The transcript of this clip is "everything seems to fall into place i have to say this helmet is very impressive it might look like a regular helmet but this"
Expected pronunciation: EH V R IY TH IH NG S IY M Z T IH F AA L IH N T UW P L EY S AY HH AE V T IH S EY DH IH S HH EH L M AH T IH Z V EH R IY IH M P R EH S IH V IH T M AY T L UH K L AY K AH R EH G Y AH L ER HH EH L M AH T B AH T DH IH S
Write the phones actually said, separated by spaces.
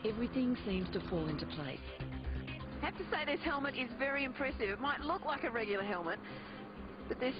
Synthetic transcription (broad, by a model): EH V R IY TH IH NG S IY M Z T IH F AA L IH N T UW P L EY S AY HH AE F T IH S EY DH IH S HH EH L M AH T IH Z V EH R IY IH M P R EH S IH V IH T M AY T L UH K L AY K AH R EH G Y L ER HH EH L M AH T B AH T DH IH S